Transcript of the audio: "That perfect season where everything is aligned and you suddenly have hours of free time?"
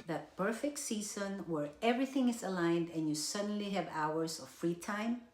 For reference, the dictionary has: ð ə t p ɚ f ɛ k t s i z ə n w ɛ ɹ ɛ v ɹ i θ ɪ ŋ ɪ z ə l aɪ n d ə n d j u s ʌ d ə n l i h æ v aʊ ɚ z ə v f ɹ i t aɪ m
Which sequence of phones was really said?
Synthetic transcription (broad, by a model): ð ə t p ɚ f ɛ k t s i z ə n w ɛ ɹ ɛ v ɹ i θ ɪ ŋ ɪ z ə l aɪ n d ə n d j u s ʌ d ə n l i h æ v aʊ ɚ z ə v f ɹ i t aɪ m